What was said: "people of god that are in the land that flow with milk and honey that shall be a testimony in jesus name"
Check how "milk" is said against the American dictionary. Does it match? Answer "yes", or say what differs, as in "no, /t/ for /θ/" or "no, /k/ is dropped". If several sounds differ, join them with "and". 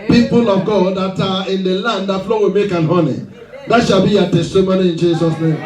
no, /l/ is dropped